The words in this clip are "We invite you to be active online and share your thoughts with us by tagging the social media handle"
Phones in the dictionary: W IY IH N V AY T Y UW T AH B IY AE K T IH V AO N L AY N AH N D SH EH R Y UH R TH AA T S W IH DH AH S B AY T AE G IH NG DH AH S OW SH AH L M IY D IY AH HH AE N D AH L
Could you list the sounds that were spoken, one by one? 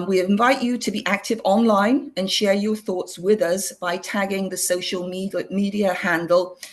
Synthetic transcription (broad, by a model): W IY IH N V AY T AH T AH B IY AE K T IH V AO N L AY N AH N SH EH R Y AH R TH AA T S W IH DH AH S B AY T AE G IH NG DH AH S OW SH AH L M IY D IY AH HH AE N D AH L